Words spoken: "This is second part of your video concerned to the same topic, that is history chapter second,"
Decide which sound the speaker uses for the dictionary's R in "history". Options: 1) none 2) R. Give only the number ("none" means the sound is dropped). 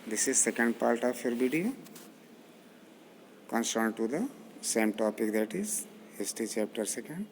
1